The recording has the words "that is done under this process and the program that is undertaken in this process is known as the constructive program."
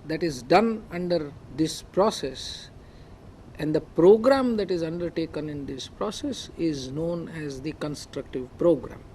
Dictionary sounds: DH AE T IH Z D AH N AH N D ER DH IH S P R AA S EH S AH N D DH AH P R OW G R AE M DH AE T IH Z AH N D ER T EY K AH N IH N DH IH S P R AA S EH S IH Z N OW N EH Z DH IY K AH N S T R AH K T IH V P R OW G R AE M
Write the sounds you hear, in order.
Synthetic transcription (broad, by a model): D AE T IH Z D AH N AH N D ER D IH S P R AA S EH S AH N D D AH P R OW G R AE M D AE T IH Z AH N D ER T EY K AH N IH N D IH S P R AA S EH S IH Z N OW N EH Z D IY K AH N S T R AH K T IH V P R OW G R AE M